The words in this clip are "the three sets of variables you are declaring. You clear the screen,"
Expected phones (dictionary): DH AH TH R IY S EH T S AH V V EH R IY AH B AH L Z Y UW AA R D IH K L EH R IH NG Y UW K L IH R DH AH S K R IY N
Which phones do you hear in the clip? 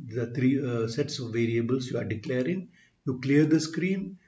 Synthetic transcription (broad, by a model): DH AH T R IY S EH T S AH V V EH R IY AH B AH L S Y UW AA R D IH K L EH R IH NG Y UW K L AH R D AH S K R IY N